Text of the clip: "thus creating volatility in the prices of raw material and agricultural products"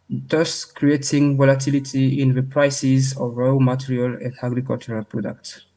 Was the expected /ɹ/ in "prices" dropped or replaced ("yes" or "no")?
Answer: no